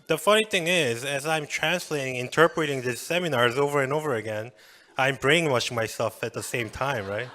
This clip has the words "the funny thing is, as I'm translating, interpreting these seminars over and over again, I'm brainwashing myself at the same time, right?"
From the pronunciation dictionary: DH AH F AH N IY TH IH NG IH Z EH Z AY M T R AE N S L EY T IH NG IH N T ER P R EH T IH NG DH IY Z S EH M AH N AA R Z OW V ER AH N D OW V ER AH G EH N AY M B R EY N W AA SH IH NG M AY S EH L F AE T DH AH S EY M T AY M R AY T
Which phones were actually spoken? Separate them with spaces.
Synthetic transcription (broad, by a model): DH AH F AH N IY TH IH NG IH Z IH Z AY M T R AE N S L EY T IH NG IH N T ER P R EH T IH NG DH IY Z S EH M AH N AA R Z OW V ER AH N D OW V ER AH G EH N AY M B R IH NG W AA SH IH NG M AY S EH L F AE T DH AH S EY M T AY M R AY T